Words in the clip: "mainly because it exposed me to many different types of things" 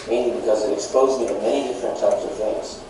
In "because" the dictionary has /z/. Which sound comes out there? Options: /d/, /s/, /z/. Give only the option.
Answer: /z/